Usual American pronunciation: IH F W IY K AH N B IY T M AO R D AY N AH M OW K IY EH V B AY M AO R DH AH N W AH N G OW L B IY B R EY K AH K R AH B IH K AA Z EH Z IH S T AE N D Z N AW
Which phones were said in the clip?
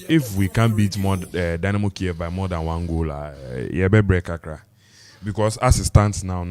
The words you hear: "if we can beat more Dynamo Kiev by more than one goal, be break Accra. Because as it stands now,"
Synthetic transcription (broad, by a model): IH F W IY K AH N B IY T M AO D AY N AH M OW K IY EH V B AY M AO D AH N W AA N G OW L B IY B R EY K AH K R AH B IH K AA S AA S IH S T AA N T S N AW